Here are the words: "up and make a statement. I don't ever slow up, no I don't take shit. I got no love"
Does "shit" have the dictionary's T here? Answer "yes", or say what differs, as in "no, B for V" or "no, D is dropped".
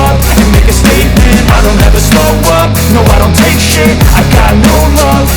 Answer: no, T is dropped